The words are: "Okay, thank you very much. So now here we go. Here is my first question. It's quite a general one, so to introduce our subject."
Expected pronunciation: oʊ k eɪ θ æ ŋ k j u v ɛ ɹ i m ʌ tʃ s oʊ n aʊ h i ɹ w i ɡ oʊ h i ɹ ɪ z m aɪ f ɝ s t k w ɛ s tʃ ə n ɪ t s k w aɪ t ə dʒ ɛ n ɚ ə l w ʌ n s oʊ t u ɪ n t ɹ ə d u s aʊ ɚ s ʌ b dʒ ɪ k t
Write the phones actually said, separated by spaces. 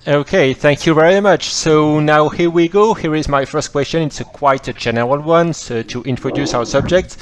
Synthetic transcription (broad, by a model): oʊ k eɪ θ æ ŋ k j u v ɛ ɹ i m ʌ tʃ s oʊ n aʊ h i ɹ w i ɡ oʊ h i ɹ ɪ z m aɪ f ɝ s t k w ɛ s tʃ ə n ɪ t s k w aɪ t ə dʒ ɛ n ɚ ə l w ʌ n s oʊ t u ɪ n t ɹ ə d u s aʊ ɚ s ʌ b dʒ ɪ k t